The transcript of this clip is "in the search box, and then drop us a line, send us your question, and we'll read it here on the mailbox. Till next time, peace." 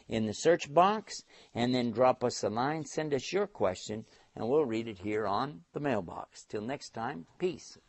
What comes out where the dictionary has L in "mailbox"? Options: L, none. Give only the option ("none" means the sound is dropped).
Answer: L